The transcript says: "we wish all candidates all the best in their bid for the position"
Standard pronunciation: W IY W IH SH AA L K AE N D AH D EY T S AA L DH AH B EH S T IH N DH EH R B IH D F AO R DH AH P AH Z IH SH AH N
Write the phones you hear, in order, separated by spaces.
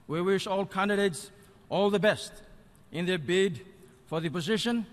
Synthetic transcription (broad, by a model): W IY W IH SH AA L K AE N D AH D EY T S AA L DH AH B EH S T IH N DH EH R B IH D F AO R DH AH P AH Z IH SH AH N